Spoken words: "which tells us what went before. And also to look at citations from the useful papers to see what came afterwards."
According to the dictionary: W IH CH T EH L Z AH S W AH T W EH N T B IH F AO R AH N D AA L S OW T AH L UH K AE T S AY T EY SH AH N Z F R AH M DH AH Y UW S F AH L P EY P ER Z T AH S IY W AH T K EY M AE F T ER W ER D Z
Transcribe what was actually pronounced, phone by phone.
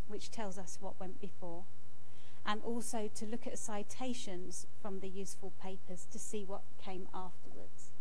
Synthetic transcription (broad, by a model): W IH CH T EH L Z AH S W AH T W EH N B IH F AO R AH N AA L S OW T AH L UH K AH T S AY T EY SH AH N Z F R AH M DH AH Y UW S F AH L P EY P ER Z T AH S IY W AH T K EY M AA F T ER W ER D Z